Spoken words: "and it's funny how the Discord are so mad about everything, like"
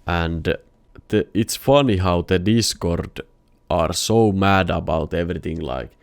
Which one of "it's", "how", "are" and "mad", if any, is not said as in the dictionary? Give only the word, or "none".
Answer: none